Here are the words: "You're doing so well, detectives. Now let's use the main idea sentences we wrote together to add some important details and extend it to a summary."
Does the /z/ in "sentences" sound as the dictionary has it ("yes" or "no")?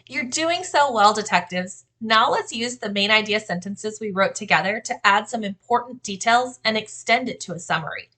yes